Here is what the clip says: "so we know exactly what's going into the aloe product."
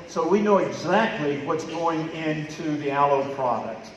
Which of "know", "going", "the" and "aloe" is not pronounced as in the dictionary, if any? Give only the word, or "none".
none